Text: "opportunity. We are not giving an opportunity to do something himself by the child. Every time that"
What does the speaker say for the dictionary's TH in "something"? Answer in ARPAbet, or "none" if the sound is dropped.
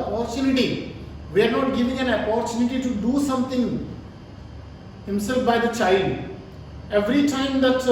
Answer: T